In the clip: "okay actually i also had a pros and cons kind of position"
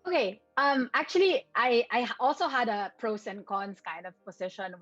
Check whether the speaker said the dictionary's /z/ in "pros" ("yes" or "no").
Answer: no